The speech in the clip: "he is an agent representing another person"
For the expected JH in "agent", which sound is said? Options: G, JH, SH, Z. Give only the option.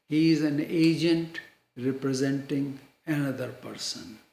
JH